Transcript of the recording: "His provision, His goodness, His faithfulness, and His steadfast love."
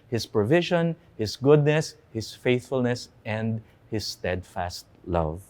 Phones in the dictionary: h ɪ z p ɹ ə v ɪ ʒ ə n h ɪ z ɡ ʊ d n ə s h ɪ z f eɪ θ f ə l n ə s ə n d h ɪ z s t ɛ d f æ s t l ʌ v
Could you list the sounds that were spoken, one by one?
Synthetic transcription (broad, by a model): h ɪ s p ɹ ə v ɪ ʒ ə n h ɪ s ɡ ʊ d n ə s h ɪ s f eɪ θ f ə l n ə s ə n d h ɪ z s t ɛ d f æ s t l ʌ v